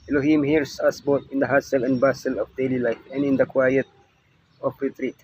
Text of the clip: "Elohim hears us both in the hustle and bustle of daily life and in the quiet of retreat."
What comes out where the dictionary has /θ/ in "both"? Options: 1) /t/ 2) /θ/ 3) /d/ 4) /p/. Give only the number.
1